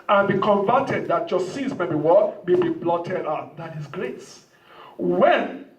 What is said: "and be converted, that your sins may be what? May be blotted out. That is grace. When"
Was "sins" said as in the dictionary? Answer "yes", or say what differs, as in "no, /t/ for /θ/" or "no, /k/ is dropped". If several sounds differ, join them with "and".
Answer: no, /n/ is dropped